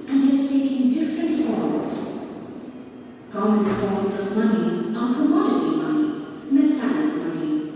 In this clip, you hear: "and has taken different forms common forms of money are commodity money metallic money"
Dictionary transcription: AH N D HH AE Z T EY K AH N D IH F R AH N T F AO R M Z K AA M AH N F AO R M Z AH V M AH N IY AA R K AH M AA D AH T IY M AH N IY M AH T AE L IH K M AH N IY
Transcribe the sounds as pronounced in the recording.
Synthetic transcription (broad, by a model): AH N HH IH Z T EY AH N D IH F R AH N T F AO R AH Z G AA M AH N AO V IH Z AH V M AH N IY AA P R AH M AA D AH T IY M AH N IY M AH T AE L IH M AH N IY